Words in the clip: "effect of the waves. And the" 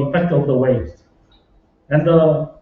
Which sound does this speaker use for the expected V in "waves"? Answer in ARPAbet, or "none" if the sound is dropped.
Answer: none